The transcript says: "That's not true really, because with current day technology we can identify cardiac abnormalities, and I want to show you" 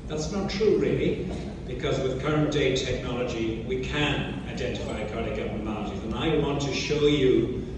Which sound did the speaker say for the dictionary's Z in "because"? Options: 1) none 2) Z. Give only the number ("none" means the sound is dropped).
2